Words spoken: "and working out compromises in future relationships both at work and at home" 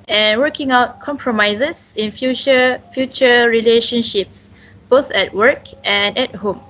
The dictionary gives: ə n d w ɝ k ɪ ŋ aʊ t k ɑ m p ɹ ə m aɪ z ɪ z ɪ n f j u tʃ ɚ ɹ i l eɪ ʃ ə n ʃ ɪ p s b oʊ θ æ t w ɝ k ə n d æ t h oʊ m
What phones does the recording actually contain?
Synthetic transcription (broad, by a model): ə n w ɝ k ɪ ŋ aʊ t k ɑ m p ɹ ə m aɪ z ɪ s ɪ n f j u tʃ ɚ ɹ i l eɪ ʃ ə n ʃ ɪ p s b oʊ θ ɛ t w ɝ k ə n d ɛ t h oʊ m